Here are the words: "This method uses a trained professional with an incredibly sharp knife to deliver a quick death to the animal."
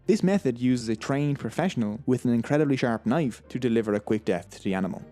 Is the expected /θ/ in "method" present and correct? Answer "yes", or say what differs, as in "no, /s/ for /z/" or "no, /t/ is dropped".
yes